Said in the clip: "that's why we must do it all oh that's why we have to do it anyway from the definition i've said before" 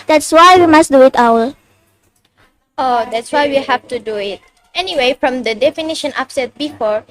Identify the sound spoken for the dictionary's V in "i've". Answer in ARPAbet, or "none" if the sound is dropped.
P